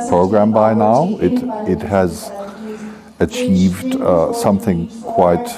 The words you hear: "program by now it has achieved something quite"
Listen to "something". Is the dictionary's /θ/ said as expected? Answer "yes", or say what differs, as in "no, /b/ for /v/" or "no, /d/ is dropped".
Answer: yes